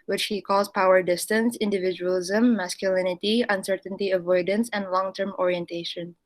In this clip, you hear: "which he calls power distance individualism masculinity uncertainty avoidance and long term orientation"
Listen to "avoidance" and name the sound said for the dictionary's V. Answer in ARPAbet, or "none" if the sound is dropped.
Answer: V